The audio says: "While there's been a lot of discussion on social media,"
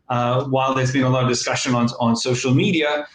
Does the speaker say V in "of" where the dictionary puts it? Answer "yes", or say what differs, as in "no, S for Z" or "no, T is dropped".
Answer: yes